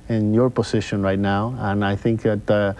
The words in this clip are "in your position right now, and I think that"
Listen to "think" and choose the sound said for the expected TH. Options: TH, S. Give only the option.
TH